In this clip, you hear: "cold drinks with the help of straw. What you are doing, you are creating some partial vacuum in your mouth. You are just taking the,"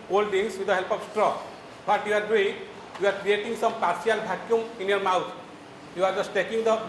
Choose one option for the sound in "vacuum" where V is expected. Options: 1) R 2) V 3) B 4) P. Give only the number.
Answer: 3